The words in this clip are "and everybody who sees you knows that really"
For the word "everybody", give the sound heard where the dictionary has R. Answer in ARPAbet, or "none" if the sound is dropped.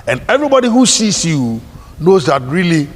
R